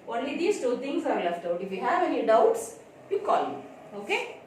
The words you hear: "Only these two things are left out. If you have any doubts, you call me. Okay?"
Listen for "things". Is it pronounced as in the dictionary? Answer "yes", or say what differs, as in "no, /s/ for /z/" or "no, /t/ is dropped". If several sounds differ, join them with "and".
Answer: no, /t/ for /θ/